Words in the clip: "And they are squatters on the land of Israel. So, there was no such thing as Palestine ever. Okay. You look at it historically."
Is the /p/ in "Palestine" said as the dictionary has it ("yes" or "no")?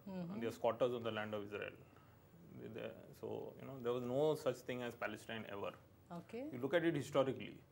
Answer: yes